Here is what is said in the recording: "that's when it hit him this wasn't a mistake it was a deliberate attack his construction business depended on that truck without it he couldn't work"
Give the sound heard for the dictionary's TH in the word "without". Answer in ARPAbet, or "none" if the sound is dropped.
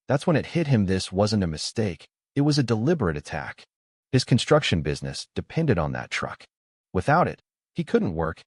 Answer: TH